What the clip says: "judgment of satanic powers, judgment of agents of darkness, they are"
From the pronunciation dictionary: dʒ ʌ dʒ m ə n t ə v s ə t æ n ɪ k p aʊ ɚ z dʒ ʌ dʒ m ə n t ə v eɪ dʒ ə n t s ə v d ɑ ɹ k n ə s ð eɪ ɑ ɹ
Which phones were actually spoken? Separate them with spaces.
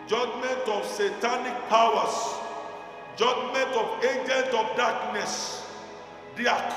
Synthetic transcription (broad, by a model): dʒ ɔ dʒ m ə n t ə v s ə t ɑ n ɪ k p aʊ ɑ s dʒ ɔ dʒ m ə n t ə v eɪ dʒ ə n t ə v d ɑ k n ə s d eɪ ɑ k